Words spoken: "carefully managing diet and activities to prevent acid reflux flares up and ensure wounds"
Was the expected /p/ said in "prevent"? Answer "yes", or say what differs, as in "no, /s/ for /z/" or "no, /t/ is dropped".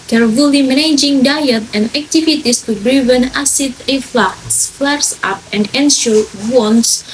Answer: no, /b/ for /p/